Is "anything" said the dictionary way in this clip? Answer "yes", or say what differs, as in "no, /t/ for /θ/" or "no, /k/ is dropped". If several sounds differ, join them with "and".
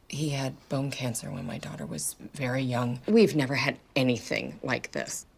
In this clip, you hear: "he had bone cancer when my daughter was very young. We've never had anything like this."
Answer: yes